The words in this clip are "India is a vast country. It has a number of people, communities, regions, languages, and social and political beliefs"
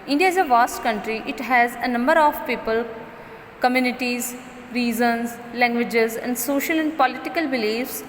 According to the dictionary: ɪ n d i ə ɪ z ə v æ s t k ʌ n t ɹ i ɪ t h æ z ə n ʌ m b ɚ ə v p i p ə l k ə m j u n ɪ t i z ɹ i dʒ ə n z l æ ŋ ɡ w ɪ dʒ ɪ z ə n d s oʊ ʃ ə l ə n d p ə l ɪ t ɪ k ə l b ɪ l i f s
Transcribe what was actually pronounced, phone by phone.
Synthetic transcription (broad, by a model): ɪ n d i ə ɪ z ə v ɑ s t k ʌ n t ɹ i ɪ t h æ z ə n ʌ m b ɚ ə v p i p ə l k ə m j u n ɪ t i z ɹ i z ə n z l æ ŋ ɡ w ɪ dʒ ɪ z ə n d s oʊ ʃ ə l ə n d p ə l ɪ t ɪ k ə l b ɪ l i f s